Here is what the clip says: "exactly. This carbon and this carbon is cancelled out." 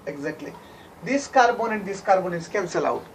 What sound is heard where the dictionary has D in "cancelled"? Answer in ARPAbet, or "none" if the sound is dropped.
none